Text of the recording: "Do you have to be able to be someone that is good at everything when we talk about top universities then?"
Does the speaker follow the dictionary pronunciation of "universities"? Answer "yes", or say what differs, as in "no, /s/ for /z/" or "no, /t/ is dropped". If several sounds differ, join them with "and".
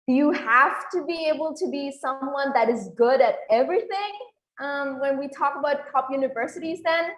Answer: yes